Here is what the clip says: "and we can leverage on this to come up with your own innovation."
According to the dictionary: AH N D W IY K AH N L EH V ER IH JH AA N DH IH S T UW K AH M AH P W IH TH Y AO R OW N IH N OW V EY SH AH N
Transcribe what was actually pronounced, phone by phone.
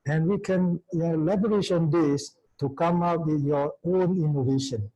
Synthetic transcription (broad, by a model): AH N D W IY K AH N L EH B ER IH SH AA N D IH S T UW K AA M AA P W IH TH Y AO OW N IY N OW V EY SH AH N